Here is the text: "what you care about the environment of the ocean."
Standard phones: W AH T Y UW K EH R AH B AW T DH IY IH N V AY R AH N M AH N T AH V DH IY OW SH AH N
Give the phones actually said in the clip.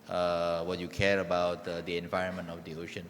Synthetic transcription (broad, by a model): W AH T Y UW K EH R AH B AW T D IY IH N V AY R AH N M AH N T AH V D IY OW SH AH N